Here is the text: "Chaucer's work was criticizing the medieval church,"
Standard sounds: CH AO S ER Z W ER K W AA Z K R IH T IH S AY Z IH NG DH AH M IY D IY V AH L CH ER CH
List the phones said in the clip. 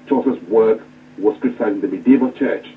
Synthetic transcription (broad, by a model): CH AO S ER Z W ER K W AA S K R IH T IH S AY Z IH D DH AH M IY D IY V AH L CH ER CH